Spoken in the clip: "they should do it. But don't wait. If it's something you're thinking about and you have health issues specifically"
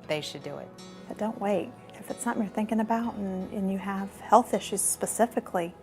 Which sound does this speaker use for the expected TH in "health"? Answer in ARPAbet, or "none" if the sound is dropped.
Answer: TH